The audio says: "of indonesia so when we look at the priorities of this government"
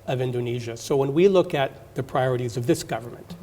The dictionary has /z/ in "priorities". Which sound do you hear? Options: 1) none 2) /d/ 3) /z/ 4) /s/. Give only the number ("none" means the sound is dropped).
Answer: 3